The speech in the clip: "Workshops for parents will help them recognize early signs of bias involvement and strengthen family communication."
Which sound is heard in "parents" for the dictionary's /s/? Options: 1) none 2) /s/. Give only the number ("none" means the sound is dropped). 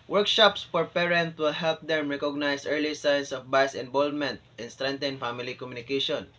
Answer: 1